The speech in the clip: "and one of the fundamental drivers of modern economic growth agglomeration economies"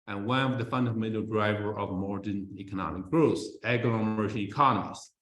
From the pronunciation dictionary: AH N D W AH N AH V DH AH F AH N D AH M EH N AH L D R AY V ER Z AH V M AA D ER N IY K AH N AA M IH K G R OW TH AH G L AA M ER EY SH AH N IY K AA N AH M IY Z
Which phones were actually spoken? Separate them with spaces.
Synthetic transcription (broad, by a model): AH N W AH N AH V DH AH F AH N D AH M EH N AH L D R AY V ER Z AH V M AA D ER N IY K AH N AA M IH K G R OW S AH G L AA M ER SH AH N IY K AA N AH M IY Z